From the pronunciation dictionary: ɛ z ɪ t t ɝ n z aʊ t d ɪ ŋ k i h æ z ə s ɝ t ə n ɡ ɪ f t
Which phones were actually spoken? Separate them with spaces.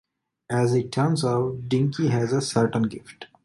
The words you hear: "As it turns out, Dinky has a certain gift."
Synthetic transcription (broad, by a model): ɛ z ɪ t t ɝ n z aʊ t d ɪ ŋ k i h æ z ə s ɝ t ə n ɡ ɪ f t